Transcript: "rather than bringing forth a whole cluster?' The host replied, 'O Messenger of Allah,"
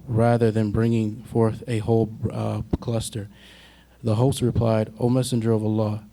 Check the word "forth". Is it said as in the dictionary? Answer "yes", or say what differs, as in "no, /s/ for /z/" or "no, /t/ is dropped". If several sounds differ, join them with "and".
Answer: yes